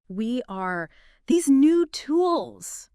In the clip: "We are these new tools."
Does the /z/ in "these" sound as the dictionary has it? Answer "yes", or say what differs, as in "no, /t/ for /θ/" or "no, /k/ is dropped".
yes